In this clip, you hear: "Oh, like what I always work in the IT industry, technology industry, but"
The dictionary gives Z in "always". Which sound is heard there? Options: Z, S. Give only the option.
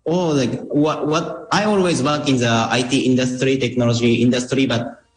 Z